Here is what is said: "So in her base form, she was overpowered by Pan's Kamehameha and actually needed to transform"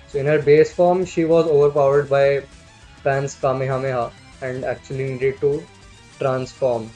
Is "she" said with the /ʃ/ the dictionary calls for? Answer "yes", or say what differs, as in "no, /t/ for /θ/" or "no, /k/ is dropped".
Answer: yes